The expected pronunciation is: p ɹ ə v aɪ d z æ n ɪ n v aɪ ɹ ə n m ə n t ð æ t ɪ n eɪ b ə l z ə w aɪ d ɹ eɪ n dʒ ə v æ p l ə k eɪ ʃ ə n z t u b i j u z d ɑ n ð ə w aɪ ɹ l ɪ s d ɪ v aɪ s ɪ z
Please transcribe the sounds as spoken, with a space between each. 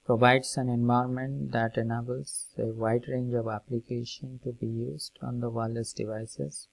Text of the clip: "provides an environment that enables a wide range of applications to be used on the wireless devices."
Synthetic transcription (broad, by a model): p ɹ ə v aɪ d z æ n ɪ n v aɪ ə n m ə n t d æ t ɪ n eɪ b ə l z ə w aɪ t ɹ eɪ n dʒ ə v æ p l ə k eɪ ʃ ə n t u b i j u z d ɑ n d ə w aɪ l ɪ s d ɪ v aɪ s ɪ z